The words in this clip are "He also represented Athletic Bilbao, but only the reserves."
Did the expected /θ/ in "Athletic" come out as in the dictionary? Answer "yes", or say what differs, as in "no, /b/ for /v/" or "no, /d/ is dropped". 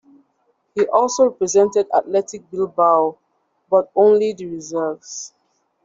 no, /t/ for /θ/